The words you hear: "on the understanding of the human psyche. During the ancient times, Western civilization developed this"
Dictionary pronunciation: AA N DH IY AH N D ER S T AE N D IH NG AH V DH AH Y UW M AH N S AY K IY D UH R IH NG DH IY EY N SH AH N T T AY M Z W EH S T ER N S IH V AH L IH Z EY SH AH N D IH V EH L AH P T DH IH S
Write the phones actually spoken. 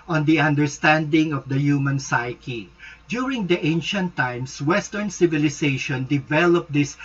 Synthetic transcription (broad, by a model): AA N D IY AH N D ER S T AE N D IH NG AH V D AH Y UW M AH N S AY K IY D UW R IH NG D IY EY N SH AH N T T AY M S W EH S T ER N S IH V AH L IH S EY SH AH N D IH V EH L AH P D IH S